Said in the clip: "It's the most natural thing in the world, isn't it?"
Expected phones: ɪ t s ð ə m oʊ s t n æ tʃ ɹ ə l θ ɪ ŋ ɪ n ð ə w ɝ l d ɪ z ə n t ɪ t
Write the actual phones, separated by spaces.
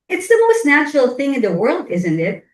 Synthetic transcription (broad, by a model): ɪ t s ð ə m oʊ s t n æ tʃ ɹ l θ ɪ ŋ ɪ n ð ə w ɝ l d ɪ z ə n t ɪ t